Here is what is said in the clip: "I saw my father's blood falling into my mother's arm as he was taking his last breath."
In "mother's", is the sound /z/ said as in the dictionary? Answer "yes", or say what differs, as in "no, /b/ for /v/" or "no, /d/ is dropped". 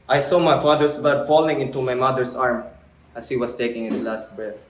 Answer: no, /s/ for /z/